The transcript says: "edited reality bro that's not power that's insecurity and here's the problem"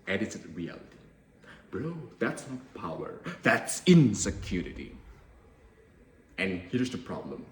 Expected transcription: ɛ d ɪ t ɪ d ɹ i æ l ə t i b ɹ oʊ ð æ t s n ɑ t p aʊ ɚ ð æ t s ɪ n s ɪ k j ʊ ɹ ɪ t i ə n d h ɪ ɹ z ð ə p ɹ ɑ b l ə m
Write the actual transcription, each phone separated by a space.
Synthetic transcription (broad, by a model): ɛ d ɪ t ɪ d ɹ i æ l ə t i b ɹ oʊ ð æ t s n ɑ t p aʊ ɚ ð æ t s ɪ n s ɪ k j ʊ ɹ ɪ t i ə n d h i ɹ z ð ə p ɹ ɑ b l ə m